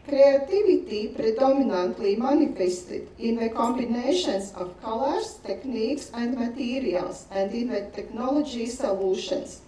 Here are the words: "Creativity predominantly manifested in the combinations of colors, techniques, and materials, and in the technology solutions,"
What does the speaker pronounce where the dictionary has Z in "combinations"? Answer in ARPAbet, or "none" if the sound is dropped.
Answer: S